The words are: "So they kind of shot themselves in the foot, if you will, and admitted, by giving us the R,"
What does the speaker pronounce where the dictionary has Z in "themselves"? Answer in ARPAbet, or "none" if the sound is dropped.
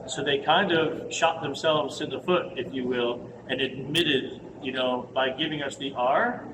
Z